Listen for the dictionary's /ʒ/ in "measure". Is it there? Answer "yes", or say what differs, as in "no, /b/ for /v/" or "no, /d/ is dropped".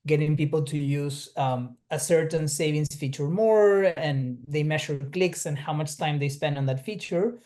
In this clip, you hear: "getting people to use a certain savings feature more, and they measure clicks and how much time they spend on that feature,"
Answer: no, /ʃ/ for /ʒ/